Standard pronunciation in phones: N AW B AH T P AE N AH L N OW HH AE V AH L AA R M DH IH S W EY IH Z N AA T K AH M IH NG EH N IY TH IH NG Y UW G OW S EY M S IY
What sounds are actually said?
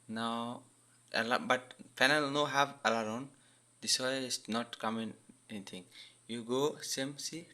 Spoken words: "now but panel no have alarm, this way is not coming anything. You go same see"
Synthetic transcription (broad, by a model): N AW B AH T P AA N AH L N OW HH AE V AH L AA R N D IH S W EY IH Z N AA T K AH M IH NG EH N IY T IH NG Y UW G OW S EY M S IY